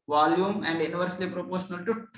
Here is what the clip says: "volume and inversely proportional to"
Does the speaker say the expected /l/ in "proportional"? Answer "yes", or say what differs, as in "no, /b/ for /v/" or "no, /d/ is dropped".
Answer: yes